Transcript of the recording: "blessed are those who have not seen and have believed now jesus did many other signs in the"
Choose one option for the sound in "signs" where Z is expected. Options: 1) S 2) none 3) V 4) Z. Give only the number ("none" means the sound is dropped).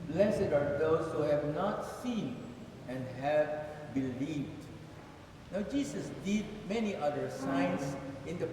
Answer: 1